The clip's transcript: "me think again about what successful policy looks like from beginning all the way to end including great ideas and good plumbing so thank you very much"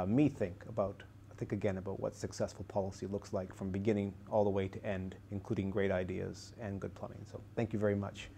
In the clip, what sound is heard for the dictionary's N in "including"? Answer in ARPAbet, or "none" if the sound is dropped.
N